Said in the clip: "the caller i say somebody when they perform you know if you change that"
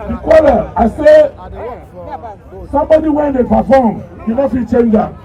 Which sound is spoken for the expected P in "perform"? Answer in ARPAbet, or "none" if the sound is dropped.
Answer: F